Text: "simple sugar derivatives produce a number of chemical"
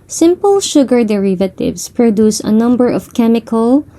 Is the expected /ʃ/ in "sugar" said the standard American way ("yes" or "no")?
yes